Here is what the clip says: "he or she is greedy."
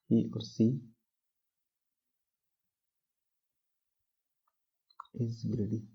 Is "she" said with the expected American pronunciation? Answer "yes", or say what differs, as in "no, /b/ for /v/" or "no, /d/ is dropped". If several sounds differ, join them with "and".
no, /s/ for /ʃ/